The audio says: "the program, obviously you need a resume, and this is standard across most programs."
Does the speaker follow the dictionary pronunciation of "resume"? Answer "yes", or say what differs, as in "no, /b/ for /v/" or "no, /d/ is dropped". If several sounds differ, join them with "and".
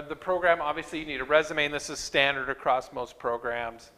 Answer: yes